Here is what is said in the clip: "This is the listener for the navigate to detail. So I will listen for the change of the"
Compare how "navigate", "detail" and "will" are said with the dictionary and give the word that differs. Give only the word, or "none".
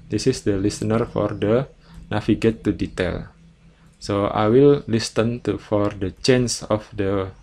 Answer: navigate